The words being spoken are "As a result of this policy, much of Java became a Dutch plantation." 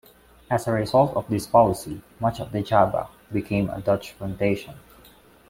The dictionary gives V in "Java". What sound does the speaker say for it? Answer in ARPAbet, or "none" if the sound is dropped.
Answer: B